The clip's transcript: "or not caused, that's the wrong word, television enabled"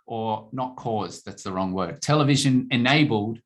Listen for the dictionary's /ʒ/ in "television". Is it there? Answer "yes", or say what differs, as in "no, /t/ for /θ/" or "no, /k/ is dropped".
yes